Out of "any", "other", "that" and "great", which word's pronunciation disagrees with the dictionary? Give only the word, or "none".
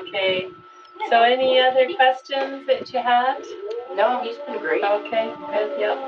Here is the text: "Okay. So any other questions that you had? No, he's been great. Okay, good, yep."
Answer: great